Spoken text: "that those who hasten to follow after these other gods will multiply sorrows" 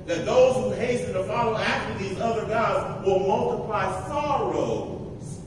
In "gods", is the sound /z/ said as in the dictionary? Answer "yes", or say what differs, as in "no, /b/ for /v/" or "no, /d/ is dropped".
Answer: yes